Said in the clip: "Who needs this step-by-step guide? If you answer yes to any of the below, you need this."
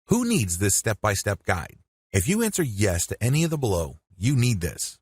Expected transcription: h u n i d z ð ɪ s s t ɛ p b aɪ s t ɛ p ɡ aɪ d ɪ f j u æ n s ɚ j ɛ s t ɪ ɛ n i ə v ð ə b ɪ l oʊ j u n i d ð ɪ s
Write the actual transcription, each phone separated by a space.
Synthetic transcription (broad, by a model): h u n i d z ð ɪ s s t ɛ p b aɪ s t ɛ p ɡ aɪ d ɪ f j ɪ æ n s ɚ j ɛ s t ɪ ɛ n i ə v ð ə b ɪ l oʊ j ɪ n i d ð ɪ s